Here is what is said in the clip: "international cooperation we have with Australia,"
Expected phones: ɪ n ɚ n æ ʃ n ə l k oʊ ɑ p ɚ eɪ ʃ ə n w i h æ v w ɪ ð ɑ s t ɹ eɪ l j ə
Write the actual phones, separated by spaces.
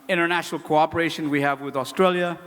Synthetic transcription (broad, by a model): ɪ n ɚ n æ ʃ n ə l k oʊ ɑ p ɚ eɪ ʃ ə n w i h æ v w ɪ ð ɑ s t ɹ eɪ l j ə